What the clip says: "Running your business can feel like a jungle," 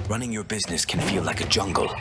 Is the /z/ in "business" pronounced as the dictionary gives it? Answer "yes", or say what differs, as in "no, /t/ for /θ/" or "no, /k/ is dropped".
yes